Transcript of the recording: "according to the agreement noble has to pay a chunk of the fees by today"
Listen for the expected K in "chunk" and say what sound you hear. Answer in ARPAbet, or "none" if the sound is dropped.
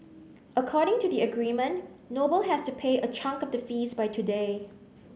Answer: K